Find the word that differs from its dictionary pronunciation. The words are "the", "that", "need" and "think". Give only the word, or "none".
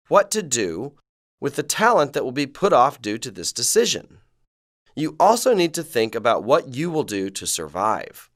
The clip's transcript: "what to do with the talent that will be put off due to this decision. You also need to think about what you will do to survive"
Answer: none